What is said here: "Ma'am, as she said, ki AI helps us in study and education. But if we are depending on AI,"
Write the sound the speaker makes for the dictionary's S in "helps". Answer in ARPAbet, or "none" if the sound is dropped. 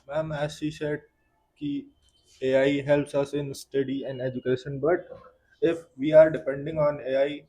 S